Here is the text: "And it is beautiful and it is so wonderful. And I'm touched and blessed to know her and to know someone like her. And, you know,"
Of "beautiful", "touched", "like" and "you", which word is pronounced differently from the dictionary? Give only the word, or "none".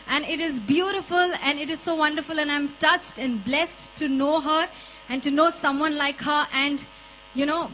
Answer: none